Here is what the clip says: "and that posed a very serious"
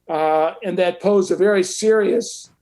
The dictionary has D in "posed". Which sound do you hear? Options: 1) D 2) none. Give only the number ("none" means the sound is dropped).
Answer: 2